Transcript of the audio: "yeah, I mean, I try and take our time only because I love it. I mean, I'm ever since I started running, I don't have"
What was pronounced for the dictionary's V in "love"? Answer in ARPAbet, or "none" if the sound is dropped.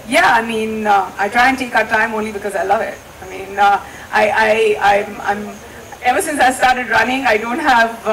V